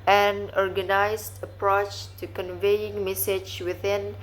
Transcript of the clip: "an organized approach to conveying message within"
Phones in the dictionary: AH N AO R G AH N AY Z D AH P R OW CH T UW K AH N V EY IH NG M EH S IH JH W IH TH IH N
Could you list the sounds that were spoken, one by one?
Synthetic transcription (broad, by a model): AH N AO R G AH N AY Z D AH P R OW CH T UW K AH N V EY IH NG M EH S IH JH W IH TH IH N